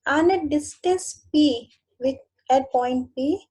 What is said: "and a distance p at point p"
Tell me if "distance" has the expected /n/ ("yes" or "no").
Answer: no